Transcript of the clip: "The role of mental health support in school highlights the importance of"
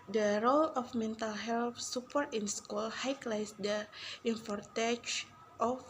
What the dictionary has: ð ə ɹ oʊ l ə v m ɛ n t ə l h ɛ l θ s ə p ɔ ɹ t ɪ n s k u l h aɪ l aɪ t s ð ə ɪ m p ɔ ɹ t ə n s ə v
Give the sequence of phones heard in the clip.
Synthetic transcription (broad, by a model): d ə ɹ oʊ l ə f m ɛ n t ə l h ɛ l f s ə p ɔ ɹ t ɪ n s k u l h aɪ l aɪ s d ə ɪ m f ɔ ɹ t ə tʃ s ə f